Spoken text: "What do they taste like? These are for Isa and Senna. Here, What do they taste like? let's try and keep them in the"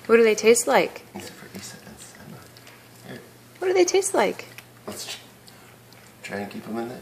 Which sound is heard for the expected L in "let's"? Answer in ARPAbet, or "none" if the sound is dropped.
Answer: W